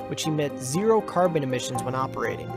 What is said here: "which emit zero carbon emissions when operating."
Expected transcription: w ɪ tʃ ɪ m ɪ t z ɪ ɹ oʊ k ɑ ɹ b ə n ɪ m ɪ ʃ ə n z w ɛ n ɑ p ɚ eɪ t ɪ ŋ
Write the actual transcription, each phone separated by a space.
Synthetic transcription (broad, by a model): w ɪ tʃ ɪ m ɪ t z ɪ ɹ oʊ k ɑ ɹ b ə n ɪ m ɪ ʃ ə n z w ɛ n ɑ p ɚ eɪ t ɪ ŋ